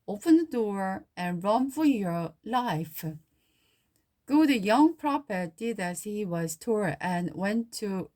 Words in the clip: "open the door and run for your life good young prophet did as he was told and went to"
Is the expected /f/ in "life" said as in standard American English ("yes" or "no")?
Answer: yes